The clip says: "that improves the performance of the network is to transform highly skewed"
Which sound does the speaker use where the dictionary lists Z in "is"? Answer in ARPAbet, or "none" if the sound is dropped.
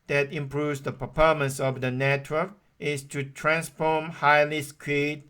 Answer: S